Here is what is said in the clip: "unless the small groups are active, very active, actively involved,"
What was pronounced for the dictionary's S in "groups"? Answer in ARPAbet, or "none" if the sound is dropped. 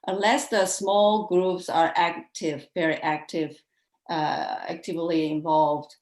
S